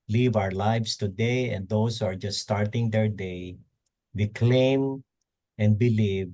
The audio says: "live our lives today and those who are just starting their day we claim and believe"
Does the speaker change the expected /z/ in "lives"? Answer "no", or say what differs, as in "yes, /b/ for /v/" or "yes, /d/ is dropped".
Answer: yes, /s/ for /z/